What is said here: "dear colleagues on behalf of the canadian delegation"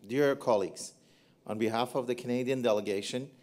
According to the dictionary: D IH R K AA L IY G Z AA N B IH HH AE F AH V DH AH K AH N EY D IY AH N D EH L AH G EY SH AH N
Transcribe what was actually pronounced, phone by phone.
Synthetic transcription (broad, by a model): D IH R K AA L IY G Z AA N B IH HH AE F AH V DH AH K AH N EY D IY AH N D EH L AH G EY SH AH N